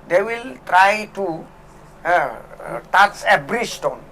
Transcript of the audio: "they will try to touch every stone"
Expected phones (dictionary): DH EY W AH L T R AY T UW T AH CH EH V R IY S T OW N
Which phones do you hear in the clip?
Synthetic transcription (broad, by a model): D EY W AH L T R AY T UW T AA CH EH B R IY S T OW N